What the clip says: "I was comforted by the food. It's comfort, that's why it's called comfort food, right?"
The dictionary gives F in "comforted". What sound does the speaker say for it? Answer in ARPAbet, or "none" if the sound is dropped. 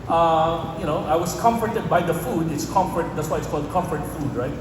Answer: F